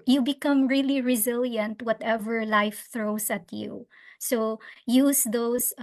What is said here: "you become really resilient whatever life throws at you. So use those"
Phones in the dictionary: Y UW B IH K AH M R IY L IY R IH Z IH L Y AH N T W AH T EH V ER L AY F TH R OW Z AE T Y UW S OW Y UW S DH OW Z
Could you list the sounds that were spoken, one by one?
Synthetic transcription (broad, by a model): Y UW B IH K AH M R IY L IY R IH Z IH L Y AH N T W AH T EH V ER L AY F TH R OW S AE T Y UW S OW Y UW S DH OW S